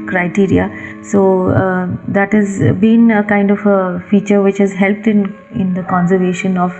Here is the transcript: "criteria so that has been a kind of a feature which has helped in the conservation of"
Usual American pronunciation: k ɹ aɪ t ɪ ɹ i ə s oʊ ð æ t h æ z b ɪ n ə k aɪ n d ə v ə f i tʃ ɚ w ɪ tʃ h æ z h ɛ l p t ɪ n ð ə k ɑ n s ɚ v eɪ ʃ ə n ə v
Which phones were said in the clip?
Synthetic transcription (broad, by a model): k ɹ aɪ t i ɹ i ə s oʊ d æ t h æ z b ɪ n ə k aɪ n d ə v ə f i tʃ ɚ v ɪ tʃ h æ z h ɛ l p t ɪ n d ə k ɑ n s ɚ v eɪ ʃ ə n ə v